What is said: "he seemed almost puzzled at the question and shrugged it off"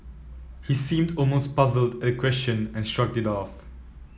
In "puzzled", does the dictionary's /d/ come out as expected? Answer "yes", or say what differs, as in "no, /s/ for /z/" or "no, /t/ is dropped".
yes